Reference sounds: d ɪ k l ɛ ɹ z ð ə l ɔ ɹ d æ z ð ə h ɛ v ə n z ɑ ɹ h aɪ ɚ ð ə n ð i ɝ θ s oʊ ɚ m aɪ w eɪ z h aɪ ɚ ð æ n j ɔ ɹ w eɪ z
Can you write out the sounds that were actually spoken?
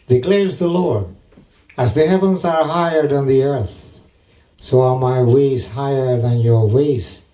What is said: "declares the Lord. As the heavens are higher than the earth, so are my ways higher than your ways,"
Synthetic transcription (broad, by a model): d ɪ k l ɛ ɹ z ð ə l ɔ ɹ d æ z ð ə h ɛ v ə n z ɑ ɹ h aɪ ɚ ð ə n ð i ɝ θ s oʊ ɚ m aɪ w eɪ z h aɪ ɚ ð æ n j ɔ ɹ w eɪ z